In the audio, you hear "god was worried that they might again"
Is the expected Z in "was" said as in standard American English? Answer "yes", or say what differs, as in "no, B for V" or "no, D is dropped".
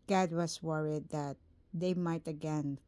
no, S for Z